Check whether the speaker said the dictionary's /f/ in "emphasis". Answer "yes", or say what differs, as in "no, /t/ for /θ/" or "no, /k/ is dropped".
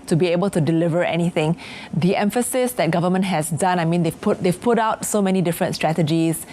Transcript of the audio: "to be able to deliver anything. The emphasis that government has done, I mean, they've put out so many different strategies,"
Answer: yes